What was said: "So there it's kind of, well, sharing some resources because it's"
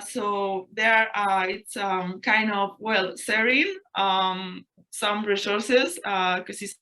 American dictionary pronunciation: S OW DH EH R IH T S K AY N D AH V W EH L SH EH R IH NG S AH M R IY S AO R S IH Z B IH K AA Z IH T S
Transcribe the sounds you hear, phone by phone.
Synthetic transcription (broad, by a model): S OW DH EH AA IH T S K AY N D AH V W EH L S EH R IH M S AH M R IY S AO R S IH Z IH K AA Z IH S